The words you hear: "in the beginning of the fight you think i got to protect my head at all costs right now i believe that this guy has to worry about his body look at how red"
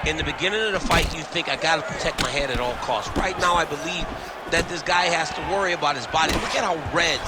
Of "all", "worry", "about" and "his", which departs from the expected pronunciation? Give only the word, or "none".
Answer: none